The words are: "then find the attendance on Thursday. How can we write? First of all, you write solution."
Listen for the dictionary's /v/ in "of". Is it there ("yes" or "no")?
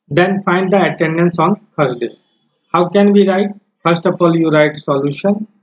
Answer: no